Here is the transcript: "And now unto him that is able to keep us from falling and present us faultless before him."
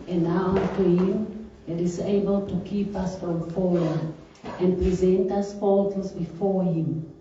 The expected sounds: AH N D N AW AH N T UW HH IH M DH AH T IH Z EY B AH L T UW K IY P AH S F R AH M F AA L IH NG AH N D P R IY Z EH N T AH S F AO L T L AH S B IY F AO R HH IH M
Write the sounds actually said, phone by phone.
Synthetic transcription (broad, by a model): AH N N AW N T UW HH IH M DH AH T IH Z EY B AH L T UW K IY P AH S F R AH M F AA W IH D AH N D P R IY Z EH N T AH S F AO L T AH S B IY F AO R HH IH M